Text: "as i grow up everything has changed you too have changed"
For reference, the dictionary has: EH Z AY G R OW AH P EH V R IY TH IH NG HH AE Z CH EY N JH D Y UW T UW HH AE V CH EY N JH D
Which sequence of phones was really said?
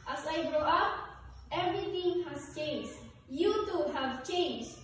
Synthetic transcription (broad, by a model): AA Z AY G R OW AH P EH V R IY T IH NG HH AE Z CH EY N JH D Y UW T UW HH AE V CH EY N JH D